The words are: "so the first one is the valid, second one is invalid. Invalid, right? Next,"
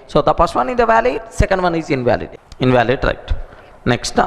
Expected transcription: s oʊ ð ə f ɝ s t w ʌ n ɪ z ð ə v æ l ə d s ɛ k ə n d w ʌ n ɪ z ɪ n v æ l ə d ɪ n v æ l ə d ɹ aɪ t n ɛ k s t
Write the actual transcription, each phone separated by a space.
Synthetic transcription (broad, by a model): s oʊ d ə p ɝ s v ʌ n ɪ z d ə v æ l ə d s ɛ k ə n d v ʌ n ɪ z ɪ n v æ l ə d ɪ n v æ l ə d ɹ aɪ t n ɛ k s t